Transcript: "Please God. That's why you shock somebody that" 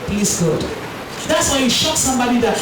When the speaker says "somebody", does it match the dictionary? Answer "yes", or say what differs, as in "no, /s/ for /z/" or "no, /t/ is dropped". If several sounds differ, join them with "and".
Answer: yes